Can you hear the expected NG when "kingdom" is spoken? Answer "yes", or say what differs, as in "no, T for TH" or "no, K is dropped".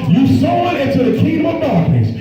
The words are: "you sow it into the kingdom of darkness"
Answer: no, NG is dropped